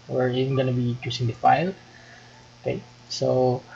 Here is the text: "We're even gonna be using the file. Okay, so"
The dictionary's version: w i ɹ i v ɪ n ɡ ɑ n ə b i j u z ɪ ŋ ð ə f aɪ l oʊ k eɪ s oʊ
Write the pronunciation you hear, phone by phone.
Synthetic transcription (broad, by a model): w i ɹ i v ɪ n ɡ ɑ n ə b i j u s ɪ ŋ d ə f aɪ l oʊ k eɪ s oʊ